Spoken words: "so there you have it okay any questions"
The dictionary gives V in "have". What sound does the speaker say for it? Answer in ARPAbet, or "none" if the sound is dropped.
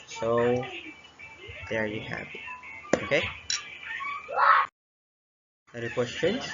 P